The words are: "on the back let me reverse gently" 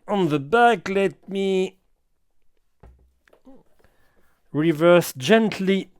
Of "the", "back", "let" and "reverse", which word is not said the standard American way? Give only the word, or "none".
none